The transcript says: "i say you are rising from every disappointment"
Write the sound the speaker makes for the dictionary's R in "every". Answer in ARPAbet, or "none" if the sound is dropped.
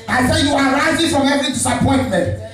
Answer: none